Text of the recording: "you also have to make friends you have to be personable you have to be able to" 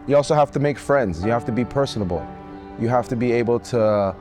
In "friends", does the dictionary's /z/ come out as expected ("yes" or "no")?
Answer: yes